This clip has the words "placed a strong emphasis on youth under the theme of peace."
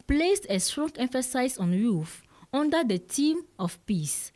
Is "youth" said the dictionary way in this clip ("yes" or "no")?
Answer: no